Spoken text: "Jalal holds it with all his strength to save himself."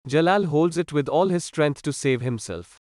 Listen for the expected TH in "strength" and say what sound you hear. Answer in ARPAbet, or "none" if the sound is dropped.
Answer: T